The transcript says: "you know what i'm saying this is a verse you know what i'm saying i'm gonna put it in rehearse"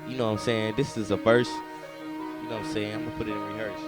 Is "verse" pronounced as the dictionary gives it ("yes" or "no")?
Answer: no